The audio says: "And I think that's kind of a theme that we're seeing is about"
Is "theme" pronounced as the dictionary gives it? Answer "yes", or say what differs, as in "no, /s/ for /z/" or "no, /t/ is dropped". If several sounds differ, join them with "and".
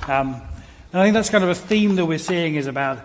yes